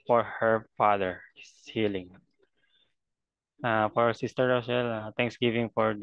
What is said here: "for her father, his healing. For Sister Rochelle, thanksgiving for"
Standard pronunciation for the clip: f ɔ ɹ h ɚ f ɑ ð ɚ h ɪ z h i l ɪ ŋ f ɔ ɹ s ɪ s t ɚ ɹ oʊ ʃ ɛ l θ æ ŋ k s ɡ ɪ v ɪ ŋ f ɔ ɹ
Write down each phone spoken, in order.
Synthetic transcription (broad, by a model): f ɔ ɹ h ɚ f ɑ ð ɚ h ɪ s h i l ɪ ŋ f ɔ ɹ s ɪ s t ɚ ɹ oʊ s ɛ l t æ ŋ k s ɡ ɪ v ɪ ŋ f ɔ ɹ